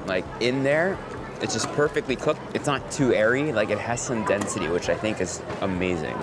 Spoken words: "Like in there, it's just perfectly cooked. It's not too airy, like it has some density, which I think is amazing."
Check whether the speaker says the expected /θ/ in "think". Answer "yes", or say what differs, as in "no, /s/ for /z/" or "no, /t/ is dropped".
yes